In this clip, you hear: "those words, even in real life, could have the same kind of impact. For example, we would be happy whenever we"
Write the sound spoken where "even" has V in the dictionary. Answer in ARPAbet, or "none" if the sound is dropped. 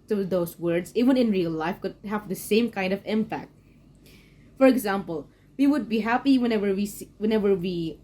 W